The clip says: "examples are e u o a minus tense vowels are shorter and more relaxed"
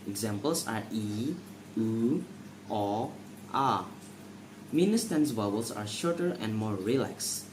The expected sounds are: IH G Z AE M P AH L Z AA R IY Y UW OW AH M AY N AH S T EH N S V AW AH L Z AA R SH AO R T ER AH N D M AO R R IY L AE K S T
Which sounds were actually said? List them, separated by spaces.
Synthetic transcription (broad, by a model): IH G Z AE M P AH L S AA R IY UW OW AH M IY N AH S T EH N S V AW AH L S AA R SH AO R T ER AH N D M AO R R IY L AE K S